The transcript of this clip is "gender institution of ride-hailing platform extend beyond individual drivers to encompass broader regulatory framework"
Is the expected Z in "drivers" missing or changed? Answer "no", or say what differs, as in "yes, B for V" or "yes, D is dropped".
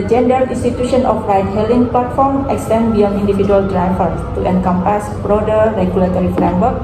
yes, Z is dropped